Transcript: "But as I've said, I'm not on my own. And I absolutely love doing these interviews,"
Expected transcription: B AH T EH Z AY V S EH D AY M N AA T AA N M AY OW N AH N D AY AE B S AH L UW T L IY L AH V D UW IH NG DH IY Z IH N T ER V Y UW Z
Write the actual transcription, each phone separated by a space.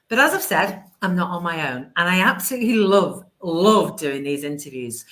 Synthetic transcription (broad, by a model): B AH T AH Z AY V S EH D AY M N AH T N M AY OW N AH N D AY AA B S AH L UW T L IY L AH V D UW IH NG DH IY Z IH N T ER V Y UW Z